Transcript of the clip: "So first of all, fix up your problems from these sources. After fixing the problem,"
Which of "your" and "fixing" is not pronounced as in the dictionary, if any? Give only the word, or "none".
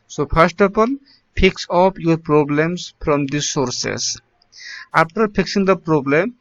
fixing